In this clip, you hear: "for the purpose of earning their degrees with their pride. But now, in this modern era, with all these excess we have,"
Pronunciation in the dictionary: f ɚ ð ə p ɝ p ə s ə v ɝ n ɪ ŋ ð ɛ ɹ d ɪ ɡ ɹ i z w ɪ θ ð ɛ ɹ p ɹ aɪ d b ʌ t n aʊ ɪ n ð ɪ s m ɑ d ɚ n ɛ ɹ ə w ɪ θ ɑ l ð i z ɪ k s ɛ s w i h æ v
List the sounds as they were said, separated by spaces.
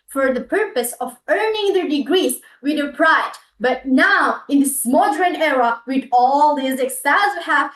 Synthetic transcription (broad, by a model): f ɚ ð ə p ɝ p ə s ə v ɝ n ɪ ŋ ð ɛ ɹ d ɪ ɡ ɹ i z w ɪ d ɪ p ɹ aɪ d b ʌ t n aʊ ɪ n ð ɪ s m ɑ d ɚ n ɛ ɹ ə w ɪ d ɑ l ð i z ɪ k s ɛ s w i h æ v